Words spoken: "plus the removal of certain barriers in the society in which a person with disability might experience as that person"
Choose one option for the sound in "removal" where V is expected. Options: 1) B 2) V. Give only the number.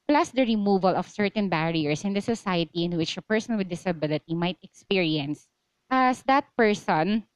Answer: 2